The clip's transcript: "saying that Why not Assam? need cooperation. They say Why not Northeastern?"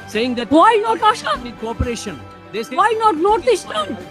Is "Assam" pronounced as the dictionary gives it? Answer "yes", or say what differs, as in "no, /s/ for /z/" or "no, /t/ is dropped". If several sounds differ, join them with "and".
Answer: no, /ʃ/ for /s/